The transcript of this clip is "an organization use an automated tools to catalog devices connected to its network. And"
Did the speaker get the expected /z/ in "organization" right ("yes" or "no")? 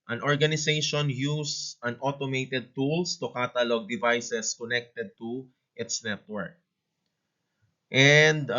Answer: no